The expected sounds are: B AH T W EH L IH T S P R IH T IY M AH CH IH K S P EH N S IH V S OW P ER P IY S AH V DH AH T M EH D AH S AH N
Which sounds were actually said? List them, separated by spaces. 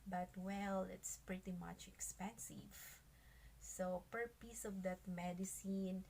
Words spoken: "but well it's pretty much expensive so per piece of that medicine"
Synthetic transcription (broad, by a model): B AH T W EH L IH T S P R IH T IY M AH CH IH K S P EH N S IH V S OW P ER P IY S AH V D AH T M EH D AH S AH N